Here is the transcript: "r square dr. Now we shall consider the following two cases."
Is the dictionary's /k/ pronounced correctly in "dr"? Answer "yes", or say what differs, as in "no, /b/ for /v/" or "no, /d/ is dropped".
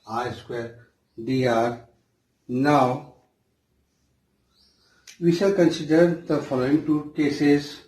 no, /k/ is dropped